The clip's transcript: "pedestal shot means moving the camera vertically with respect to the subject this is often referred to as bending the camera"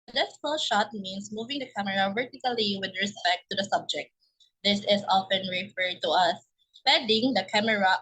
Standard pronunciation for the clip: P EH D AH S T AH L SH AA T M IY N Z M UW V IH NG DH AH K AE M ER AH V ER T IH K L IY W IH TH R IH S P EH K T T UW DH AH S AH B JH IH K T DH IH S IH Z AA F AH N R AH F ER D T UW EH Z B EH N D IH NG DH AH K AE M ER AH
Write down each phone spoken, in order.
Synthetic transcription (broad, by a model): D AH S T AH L SH AA T M IY N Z M UW V IH NG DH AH K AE M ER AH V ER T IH K L IY W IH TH R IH S P EH K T T UW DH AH S AH B JH IH K T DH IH S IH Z AA F AH N R AH F ER D T UW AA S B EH D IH NG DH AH K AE M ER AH